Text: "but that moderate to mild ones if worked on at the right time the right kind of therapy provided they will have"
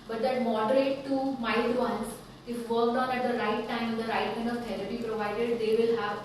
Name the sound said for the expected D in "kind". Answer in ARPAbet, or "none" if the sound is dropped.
none